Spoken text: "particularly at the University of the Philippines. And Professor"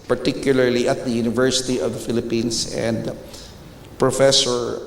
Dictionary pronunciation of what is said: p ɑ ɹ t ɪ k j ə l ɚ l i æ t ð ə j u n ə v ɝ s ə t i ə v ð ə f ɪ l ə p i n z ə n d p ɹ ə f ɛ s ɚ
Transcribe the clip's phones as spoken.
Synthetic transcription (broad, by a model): p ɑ ɹ t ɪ k j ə l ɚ l i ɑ t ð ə j u n ə v ɝ s ə t i ə v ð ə f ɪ l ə p i n s ə n d p ɹ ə f ɛ s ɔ